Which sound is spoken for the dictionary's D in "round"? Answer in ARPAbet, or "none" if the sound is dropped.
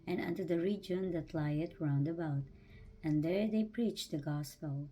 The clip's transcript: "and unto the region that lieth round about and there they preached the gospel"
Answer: D